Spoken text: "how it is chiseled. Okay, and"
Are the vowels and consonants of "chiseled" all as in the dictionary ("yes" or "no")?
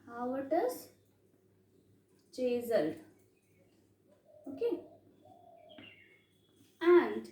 no